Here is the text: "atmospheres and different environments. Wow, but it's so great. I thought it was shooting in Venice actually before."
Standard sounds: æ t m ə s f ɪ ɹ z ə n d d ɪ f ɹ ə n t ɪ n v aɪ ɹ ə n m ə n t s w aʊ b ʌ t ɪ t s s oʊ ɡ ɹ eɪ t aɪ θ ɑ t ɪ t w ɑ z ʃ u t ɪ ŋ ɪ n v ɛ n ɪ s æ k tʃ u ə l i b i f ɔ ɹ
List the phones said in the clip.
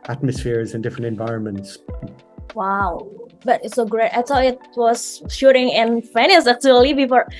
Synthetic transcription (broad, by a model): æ t m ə s f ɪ ɹ z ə n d d ɪ f ɹ ə n t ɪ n v aɪ ɹ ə n m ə n t s w aʊ b ʌ t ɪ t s s oʊ ɡ ɹ eɪ t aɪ s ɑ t ɪ t w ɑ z ʃ u t ɪ ŋ ɪ n f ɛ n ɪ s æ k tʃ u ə l i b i f ɔ ɹ